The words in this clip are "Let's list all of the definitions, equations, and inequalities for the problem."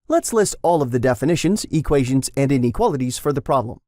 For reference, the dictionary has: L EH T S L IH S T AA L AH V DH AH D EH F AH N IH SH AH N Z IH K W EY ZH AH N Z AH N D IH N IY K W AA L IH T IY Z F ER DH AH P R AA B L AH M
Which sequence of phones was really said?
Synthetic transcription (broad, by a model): L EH T S L IH S T AA L AH V DH AH D EH F AH N IH SH AH N Z IH K W EY ZH AH N Z AH N D IH N IY K W AA L IH T IY Z F ER DH AH P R AA B L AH M